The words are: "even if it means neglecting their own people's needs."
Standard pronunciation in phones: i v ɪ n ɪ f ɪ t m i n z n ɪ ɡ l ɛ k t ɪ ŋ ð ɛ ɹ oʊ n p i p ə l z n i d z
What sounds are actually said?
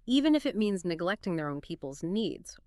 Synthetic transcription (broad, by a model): i v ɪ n ɪ f ɪ t m i n z n ɪ ɡ l ɛ k t ɪ ŋ ð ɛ ɹ oʊ n p i p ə l z n i d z